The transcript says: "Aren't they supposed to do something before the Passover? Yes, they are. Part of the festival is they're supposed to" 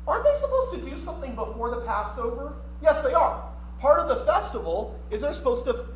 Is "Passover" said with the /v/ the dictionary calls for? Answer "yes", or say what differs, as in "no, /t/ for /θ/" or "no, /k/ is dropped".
yes